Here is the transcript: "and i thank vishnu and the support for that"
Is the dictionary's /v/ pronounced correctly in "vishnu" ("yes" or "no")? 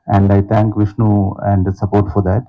yes